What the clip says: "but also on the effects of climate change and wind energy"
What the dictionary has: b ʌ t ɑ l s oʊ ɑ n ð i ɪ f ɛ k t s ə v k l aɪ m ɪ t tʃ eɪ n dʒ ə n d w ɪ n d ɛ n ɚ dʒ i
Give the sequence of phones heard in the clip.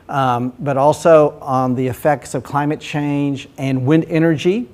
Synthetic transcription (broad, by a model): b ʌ t ɑ l s oʊ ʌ n ð i ɪ f ɛ k t s ə v k l aɪ m ɪ t tʃ eɪ n dʒ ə n w ɪ n d ɛ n ɚ dʒ i